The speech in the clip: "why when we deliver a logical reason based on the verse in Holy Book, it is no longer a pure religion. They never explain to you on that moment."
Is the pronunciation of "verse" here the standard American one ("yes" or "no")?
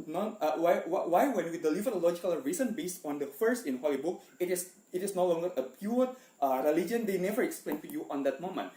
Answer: no